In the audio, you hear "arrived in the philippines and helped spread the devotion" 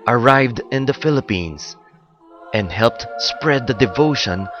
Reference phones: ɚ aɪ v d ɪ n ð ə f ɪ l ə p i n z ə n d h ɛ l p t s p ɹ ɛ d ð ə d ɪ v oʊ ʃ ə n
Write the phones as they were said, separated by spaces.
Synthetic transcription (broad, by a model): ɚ aɪ v d ɪ n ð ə f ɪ l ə p i n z ə n d h ɛ l p t s p ɹ ɛ d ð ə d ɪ v oʊ ʃ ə n